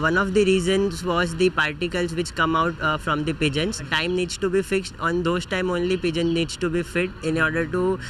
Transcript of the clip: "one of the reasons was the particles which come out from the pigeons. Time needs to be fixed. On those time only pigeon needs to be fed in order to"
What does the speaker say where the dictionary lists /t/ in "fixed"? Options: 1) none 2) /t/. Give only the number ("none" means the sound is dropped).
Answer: 2